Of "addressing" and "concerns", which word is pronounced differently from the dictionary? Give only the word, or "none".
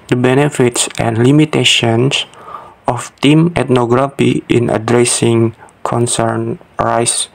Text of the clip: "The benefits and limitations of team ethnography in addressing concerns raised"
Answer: concerns